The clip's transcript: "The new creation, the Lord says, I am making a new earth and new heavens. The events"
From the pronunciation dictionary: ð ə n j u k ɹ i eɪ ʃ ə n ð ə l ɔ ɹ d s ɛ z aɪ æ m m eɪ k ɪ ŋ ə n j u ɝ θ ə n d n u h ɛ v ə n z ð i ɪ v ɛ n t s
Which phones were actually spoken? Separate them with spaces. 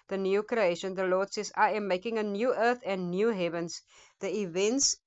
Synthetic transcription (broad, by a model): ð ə n j u k ɹ i eɪ ʃ ə n ð ə l ɔ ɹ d s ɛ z aɪ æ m m eɪ k ɪ ŋ ə n j u ɝ θ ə n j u h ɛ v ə n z ð i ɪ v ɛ n t s